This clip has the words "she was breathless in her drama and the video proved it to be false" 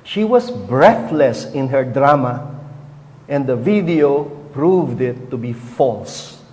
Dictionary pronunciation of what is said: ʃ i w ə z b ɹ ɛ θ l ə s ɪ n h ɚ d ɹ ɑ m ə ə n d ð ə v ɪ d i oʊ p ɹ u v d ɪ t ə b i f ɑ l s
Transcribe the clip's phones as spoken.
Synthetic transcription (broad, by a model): ʃ i w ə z b ɹ ɛ θ l ə s ɪ n h ɚ d ɹ ɑ m ə ə n d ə v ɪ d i oʊ p ɹ u v d ɪ t ə b i f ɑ l s